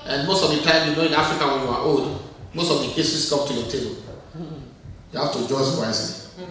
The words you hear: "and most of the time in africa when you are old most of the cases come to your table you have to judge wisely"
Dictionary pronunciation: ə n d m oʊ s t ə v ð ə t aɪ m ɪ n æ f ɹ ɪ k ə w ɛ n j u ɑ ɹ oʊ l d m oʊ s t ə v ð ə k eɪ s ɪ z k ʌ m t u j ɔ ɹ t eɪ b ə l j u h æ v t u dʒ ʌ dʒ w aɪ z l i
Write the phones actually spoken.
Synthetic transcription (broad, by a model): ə n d m oʊ s t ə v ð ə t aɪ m ɪ n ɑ f ɹ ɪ k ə w ɛ n j u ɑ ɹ oʊ l d m oʊ s t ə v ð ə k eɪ s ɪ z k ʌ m t u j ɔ t eɪ b ə l j u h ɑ f t u dʒ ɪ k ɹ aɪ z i